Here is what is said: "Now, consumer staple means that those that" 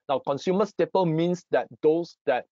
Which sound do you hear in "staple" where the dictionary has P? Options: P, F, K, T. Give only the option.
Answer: P